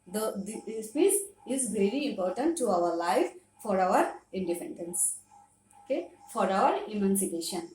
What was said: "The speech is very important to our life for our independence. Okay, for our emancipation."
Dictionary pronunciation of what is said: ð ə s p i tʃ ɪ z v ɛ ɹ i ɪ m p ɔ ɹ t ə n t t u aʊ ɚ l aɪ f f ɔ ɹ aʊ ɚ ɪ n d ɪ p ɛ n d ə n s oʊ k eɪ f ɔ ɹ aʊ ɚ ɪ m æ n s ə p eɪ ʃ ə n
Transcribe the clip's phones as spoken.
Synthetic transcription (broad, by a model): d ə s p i s ɪ z v ɛ ɹ i ɪ m p ɔ ɹ t ə n t t u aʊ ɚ l aɪ f f ɔ ɹ aʊ ɚ ɪ n d ɪ p ɛ n d ə n s oʊ k eɪ f ɔ ɹ aʊ ɚ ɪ m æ n s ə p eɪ ʃ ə n